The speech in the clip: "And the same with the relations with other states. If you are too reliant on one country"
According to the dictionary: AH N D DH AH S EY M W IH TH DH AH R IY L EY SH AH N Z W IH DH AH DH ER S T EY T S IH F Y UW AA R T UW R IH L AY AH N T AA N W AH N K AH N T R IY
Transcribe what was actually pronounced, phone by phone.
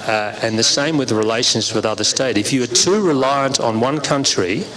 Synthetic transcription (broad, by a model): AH N DH AH S EY M W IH DH R IY L EY SH AH N Z W IH DH AH DH ER S T EY T IH F Y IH R T UW R IH L AY AH N T N W AH N K AH N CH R IY